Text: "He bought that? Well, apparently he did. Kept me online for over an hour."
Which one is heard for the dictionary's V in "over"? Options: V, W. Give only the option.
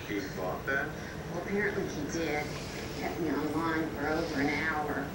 V